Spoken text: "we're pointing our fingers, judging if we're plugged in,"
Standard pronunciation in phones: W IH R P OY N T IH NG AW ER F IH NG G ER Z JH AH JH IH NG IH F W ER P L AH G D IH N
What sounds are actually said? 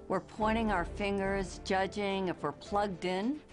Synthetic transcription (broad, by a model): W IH R P OY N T IH NG AW ER F IH NG G ER Z JH AH JH IH NG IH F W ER P L AH G D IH N